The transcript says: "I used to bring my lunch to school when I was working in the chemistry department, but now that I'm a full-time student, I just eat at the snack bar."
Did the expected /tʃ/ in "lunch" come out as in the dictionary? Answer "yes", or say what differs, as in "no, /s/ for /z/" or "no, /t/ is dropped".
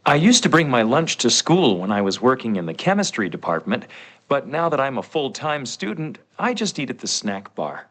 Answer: yes